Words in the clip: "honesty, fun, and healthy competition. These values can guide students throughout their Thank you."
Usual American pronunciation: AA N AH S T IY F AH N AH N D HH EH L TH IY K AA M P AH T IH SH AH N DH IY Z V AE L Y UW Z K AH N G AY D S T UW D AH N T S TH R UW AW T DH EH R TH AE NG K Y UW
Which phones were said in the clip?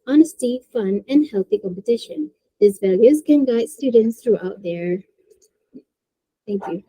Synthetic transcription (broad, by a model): AA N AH S T IY F AH N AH N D HH EH L TH IY K AA M P AH T IH SH AH N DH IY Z V AE L Y UW Z K AH N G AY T S T UW D N T S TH R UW AW T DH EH R TH AE NG K Y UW